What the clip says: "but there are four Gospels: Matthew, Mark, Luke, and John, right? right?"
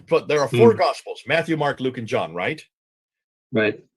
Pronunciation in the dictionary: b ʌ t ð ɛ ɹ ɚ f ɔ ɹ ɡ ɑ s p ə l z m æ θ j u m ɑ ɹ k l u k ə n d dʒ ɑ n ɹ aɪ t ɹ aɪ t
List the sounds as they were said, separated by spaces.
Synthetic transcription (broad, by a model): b ʌ t ð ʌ ɹ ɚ f ɔ ɹ ɡ ɑ s p l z m æ θ j u m ɑ ɹ k l u k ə n dʒ ɑ n ɹ aɪ t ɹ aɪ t